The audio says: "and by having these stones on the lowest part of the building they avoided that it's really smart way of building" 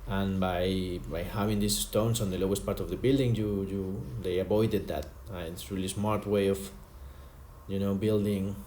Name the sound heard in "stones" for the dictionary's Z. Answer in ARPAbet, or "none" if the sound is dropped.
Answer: S